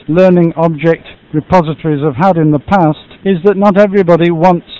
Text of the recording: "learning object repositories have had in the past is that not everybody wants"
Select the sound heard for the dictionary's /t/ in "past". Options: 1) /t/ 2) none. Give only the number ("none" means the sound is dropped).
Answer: 1